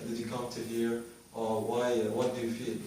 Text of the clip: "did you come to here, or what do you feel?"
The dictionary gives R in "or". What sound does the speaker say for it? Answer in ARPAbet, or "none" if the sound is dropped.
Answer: W